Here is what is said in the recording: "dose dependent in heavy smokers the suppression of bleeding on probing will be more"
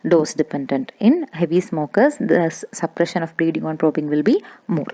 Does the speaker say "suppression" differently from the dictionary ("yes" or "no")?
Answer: no